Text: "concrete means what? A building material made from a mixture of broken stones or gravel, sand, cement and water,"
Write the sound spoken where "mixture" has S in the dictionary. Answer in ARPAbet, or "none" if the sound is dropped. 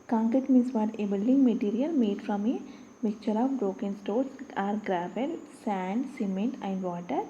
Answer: none